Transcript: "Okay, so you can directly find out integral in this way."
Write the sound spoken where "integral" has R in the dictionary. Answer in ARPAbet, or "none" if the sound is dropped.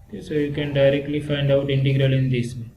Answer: R